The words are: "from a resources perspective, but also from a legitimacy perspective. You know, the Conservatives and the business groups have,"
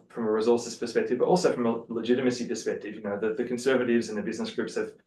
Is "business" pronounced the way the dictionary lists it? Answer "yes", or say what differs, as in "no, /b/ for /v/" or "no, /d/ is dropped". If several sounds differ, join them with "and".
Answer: yes